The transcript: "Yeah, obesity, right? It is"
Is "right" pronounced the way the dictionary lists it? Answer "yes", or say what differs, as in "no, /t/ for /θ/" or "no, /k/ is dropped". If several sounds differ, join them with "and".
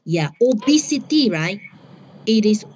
no, /t/ is dropped